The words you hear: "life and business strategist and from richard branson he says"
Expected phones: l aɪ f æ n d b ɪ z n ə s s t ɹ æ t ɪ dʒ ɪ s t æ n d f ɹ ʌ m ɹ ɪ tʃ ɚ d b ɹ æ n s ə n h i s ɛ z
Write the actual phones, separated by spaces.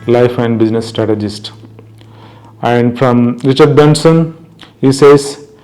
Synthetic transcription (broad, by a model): l aɪ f æ n d b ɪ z n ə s s t ɹ æ t ɪ dʒ ɪ s t æ n d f ɹ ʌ m ɹ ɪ tʃ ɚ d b ɛ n s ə n h i s ɛ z